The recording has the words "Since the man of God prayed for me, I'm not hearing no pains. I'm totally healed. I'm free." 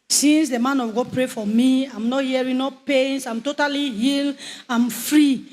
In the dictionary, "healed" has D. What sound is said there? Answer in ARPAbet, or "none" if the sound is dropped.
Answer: none